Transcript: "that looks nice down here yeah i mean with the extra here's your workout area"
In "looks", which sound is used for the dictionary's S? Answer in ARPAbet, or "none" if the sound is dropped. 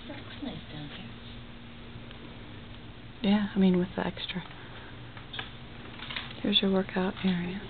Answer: none